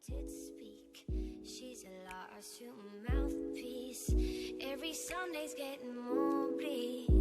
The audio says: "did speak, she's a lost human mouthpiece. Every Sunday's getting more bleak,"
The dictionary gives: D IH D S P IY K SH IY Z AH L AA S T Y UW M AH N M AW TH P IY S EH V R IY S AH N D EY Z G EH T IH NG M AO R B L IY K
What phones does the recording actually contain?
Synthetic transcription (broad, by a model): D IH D S P IY K SH IY Z AH L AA T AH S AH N M AW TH P IY S EH V R IY S AH N D EY Z G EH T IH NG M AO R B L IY